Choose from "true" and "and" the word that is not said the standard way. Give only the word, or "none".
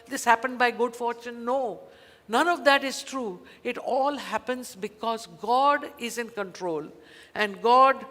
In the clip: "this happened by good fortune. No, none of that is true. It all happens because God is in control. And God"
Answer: none